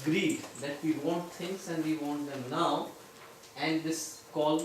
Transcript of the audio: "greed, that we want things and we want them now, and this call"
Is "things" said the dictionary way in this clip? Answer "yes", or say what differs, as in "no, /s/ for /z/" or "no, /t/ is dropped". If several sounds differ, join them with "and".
no, /t/ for /θ/ and /s/ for /z/